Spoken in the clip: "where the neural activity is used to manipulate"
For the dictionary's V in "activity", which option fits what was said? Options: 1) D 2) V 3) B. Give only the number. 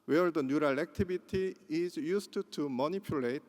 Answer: 3